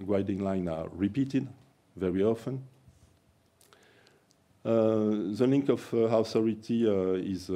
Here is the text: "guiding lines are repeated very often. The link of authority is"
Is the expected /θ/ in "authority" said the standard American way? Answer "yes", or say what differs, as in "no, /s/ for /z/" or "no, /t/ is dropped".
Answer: no, /s/ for /θ/